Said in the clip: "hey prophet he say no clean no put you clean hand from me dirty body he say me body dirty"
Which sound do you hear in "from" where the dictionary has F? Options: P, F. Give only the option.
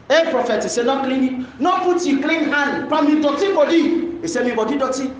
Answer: P